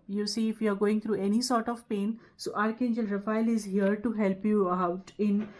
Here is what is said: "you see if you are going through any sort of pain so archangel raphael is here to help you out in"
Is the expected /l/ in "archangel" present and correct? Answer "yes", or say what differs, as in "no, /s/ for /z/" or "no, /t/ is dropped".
yes